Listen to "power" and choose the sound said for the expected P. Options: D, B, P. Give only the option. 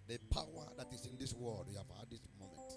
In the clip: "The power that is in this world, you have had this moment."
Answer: P